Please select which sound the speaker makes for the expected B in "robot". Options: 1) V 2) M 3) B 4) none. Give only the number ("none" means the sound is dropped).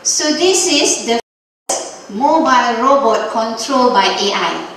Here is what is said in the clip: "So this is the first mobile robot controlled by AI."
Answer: 3